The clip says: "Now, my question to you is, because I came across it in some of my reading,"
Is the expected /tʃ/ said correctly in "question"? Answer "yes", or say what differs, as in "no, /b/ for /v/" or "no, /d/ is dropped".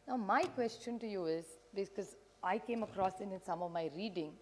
yes